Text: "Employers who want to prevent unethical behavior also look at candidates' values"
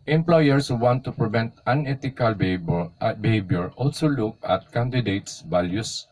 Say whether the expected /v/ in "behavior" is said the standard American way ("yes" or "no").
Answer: no